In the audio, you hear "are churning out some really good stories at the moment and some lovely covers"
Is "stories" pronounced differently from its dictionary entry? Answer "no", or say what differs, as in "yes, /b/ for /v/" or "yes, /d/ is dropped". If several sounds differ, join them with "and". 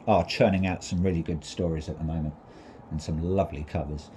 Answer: no